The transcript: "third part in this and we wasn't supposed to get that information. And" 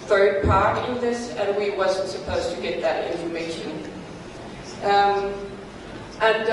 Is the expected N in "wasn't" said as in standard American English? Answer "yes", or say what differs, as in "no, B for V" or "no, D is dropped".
yes